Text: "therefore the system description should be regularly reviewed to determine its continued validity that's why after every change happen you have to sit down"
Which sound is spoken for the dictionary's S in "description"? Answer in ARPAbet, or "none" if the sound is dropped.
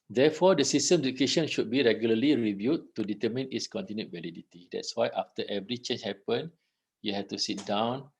none